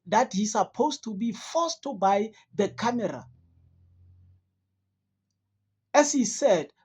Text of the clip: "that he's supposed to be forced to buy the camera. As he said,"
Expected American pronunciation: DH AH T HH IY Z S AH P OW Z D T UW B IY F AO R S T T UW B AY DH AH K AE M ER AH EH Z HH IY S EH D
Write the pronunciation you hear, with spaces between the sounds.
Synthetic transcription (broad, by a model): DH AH T HH IY S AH P OW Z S T UW B IY F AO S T T UW B AY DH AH K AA M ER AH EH S HH IY S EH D